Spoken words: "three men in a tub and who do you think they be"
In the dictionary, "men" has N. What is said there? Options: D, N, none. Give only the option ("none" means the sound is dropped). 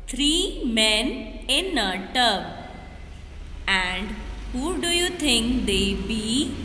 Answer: N